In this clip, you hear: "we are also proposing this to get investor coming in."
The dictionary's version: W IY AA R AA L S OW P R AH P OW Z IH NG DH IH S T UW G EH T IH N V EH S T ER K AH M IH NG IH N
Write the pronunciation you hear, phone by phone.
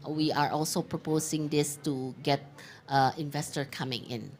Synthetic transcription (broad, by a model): W IY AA R AA L S OW P R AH P OW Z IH NG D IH S T UW G EH T IH N V EH S T ER K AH M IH NG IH N